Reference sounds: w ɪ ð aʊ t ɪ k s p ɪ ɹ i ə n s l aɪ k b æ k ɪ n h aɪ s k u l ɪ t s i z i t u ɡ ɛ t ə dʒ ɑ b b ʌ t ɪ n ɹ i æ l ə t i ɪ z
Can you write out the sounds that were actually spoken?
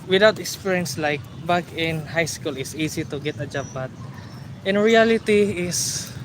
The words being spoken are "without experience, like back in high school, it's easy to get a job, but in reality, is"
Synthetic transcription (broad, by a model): w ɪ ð aʊ t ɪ k s p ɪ ɹ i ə n s l aɪ k b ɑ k ɪ n h aɪ s k u l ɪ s i s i t u ɡ ɛ t ə dʒ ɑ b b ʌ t ɪ n ɹ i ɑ l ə t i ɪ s